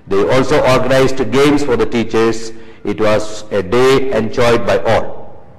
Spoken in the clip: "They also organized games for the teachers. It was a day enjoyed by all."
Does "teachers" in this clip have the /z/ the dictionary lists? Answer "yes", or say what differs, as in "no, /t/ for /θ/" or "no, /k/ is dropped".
no, /s/ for /z/